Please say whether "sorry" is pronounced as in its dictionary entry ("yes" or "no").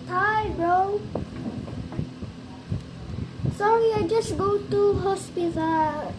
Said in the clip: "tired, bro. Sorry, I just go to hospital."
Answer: no